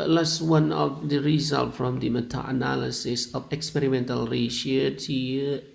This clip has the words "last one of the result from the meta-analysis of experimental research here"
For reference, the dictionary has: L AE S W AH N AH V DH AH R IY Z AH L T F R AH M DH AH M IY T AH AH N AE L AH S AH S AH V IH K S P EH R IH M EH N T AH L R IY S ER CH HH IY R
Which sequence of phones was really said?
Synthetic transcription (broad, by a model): L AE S W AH N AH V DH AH R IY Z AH L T F R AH M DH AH M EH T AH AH N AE L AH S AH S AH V IH K S P EH R IH M EH N T AH L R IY SH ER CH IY